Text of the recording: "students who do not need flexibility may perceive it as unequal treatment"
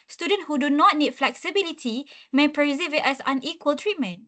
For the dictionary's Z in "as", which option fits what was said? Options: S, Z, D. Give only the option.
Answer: S